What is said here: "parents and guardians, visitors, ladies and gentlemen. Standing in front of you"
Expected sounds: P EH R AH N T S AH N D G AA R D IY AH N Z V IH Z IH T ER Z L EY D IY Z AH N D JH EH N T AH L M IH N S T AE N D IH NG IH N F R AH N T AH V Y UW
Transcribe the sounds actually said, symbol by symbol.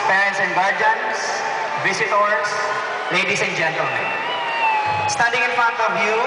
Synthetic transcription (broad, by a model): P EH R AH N S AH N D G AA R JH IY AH N S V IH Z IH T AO S L EY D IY S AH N JH EH N T AH L M IH N S T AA D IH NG IH N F AH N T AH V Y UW